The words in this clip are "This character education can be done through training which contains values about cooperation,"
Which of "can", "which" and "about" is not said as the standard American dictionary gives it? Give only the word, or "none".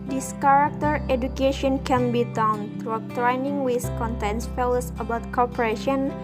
which